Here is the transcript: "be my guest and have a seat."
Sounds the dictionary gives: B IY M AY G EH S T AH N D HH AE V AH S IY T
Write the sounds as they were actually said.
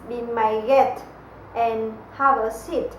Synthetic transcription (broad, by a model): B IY M AY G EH T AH N HH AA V AH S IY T